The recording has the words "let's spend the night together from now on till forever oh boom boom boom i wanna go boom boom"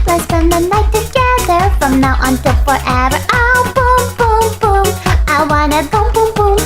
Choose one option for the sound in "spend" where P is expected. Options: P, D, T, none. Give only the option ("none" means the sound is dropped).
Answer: none